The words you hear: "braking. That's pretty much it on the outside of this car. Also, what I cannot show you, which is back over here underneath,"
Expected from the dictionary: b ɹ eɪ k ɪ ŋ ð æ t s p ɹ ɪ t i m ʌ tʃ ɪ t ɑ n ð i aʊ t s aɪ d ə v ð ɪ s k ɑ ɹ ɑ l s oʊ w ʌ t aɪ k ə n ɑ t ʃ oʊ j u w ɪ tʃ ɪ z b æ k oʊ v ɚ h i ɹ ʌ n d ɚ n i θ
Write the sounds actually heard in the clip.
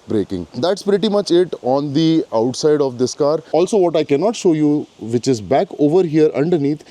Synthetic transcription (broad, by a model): b ɹ eɪ k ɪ ŋ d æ t s p ɹ ɪ t i m ʌ tʃ ɪ t ɑ n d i aʊ t s aɪ d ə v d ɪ s k ɑ ɹ ɑ l s oʊ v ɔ t aɪ k ə n ɑ t ʃ oʊ j u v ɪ tʃ ɪ z b æ k oʊ v ɚ h i ɹ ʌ n d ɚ n i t